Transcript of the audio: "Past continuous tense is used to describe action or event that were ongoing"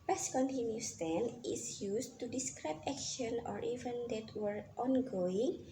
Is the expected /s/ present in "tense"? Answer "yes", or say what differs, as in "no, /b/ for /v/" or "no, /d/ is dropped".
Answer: no, /s/ is dropped